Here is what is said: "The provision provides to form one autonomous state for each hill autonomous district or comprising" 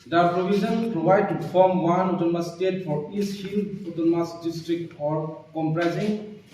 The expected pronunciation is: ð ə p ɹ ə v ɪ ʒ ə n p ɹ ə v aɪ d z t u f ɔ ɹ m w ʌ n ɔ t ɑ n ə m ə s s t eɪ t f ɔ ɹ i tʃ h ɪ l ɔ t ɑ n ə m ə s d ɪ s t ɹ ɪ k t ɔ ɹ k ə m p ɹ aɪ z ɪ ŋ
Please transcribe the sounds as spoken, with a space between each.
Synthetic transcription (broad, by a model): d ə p ɹ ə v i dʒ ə n p ɹ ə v aɪ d t u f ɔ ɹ m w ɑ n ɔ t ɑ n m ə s s t eɪ t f ɔ ɹ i s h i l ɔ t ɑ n m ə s d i s t ɹ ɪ k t ɔ ɹ k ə m p ɹ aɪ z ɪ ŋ